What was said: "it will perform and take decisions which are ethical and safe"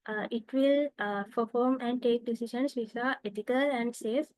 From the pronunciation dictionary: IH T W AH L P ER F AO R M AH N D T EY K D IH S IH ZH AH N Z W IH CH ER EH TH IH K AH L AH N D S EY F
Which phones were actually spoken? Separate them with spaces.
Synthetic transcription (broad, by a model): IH T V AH L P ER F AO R M AH N D T EY K D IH S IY SH AH N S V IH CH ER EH T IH K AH L AH N D S EY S